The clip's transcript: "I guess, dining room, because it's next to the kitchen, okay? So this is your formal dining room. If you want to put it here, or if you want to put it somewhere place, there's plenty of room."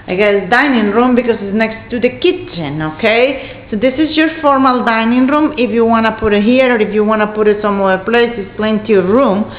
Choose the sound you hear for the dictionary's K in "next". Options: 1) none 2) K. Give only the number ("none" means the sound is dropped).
2